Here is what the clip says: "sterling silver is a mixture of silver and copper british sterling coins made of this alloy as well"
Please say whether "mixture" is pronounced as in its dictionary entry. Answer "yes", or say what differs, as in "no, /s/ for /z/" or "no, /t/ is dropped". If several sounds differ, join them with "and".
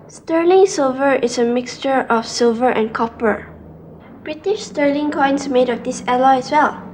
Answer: yes